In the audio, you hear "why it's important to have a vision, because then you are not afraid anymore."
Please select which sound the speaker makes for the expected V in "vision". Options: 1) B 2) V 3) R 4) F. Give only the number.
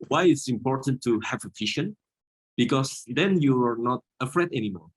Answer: 4